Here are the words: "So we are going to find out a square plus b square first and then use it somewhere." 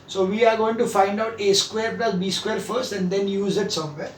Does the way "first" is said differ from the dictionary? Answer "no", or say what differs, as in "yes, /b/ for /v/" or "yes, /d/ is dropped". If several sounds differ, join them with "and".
no